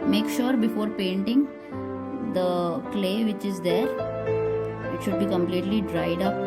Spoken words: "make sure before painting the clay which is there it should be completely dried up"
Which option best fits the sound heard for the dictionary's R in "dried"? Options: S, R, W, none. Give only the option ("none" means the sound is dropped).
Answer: R